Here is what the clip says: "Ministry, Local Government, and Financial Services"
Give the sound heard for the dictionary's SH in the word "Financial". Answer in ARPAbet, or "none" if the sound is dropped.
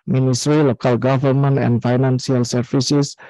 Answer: S